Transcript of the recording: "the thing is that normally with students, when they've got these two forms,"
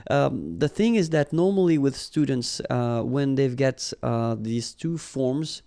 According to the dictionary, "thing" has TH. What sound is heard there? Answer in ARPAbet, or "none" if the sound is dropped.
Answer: TH